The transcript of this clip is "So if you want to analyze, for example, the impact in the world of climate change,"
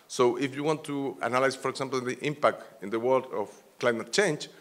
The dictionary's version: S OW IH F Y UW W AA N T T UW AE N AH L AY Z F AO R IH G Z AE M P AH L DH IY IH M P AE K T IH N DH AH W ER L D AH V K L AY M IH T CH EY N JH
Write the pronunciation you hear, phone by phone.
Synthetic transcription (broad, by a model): S OW IH F Y UW W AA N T T UW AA N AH L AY S F AO R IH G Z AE M P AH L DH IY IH M P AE K T IH N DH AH W ER L D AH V K L AY M IH T CH EY N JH